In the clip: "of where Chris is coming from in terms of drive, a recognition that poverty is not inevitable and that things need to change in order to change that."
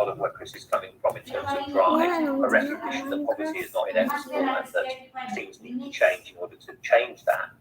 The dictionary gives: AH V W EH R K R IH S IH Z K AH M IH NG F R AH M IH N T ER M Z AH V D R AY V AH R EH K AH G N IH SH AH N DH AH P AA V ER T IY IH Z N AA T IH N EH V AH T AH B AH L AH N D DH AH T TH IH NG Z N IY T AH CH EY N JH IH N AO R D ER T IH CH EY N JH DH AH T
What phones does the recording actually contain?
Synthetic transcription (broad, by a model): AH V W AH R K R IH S IH Z K AH M IH NG F R AH M IH N T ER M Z AH V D R AY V AH R EH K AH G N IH SH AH N DH AH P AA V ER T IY IH Z N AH T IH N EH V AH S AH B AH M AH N DH AH T S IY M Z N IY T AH CH EY N JH IH N AO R D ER T IH CH EY N JH DH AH T